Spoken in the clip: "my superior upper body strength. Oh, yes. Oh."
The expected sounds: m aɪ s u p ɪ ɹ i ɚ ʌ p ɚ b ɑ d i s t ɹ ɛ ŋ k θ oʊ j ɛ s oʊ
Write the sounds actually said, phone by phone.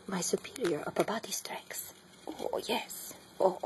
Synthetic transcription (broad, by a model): m aɪ s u p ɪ ɹ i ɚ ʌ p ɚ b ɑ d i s t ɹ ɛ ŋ k s oʊ j ɛ s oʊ